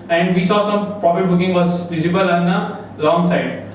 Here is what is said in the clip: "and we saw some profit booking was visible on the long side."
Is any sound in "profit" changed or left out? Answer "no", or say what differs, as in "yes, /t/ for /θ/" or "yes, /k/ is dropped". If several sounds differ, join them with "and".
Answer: yes, /p/ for /f/